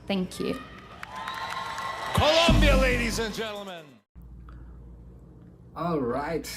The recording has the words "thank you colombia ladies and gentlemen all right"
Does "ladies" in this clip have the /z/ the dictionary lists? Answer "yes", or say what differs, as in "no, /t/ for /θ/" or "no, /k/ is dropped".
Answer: yes